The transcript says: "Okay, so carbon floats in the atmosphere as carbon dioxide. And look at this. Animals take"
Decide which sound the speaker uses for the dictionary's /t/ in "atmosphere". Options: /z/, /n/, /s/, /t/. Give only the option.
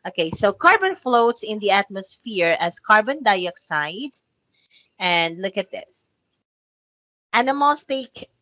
/t/